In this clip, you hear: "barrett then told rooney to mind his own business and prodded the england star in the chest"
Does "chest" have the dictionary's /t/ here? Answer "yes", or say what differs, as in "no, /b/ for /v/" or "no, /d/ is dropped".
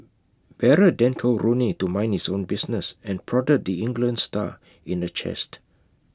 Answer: yes